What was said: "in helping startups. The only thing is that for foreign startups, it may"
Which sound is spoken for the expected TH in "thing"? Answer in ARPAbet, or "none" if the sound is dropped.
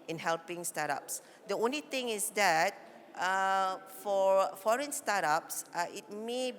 T